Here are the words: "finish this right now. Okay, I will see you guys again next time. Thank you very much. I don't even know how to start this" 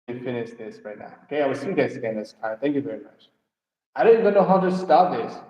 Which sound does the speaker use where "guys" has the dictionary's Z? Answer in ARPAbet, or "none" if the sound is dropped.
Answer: S